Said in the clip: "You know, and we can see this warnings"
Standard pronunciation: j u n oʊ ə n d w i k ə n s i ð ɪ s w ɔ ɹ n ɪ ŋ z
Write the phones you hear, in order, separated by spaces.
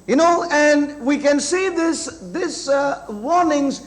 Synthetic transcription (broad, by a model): j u n oʊ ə n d w i k ə n s i ð ɪ s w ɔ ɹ n ɪ ŋ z